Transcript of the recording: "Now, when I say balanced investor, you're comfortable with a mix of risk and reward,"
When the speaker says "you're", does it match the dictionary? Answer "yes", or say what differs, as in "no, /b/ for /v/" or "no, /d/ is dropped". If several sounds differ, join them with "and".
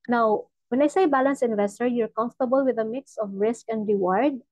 yes